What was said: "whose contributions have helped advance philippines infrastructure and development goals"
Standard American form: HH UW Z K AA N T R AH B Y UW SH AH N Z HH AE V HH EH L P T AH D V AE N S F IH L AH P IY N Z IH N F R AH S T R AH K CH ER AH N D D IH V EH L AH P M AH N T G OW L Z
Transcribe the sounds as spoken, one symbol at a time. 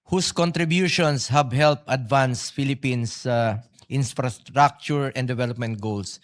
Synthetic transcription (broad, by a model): HH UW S K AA N T R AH B Y UW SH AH N S HH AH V HH EH L P AH D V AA N S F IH L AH P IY N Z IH N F R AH S T R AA K CH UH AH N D D IH V EH L AH P M AH N T G OW L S